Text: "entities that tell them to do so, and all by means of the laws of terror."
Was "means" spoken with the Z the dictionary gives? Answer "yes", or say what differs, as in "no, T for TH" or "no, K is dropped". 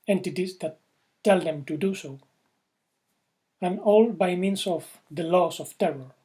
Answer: no, S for Z